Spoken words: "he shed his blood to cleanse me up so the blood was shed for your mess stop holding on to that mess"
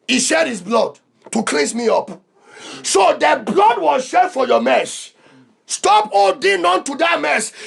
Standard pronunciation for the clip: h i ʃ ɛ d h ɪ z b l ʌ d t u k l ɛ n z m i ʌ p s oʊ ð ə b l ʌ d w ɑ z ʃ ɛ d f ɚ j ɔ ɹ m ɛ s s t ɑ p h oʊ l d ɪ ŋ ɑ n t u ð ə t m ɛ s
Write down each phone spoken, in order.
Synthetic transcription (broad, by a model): h i ʃ ɛ d h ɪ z b l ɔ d t u k l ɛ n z m i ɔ p s oʊ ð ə b l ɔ d w ɑ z ʃ ɛ d f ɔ j ɔ m ɛ s s t ɑ p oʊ d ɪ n ɑ n t u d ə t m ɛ s